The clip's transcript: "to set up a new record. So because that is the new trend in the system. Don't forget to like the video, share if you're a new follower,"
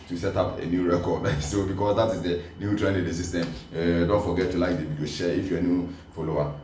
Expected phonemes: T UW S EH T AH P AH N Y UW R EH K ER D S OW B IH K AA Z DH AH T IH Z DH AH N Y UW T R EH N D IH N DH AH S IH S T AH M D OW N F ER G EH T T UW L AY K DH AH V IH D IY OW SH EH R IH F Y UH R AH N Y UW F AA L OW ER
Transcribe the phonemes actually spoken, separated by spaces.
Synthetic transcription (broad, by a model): T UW S EH T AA P AH N Y UW R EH K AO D S OW B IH K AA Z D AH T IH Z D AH N Y UW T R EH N IH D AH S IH S T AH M D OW N F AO G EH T T UW L AY K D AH B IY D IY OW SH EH IH F Y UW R AH N Y UW F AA L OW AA